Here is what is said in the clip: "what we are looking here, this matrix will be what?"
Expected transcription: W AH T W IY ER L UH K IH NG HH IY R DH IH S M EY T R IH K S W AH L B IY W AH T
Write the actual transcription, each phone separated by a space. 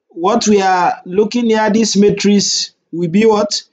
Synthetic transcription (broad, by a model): W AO T W IY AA L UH K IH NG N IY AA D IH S M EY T R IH S W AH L B IY W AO T